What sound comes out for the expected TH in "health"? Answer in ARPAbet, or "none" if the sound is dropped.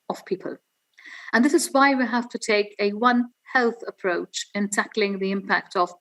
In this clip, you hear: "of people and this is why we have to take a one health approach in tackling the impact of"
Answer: TH